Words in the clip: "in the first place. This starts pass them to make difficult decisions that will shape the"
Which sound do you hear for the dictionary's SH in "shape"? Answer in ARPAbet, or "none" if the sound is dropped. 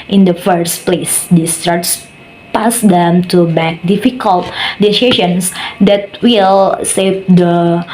S